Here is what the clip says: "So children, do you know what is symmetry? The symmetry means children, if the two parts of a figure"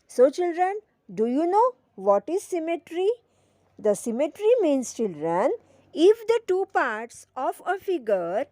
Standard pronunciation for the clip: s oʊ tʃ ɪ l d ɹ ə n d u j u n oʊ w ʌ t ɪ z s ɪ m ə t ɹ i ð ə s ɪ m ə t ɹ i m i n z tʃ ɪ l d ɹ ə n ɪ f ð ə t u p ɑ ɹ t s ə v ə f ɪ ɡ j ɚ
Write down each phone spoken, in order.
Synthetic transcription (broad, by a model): s oʊ tʃ ɪ l d ɹ ə n d u j u n oʊ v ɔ t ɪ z s ɪ m ə t ɹ i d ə s ɪ m ə t ɹ i m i n s tʃ ɪ l d ɹ ə n ɪ f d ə t u p ɑ ɹ t s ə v ə f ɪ ɡ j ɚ